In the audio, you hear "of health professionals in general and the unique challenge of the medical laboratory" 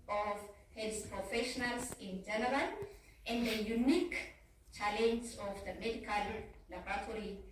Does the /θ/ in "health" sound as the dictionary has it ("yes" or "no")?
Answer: no